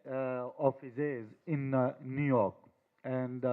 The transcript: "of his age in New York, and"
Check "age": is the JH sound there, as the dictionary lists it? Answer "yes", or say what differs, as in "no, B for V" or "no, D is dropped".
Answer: no, Z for JH